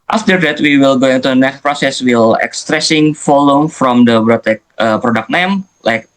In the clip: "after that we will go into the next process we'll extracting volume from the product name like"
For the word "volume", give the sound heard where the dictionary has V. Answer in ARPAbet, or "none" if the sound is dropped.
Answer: F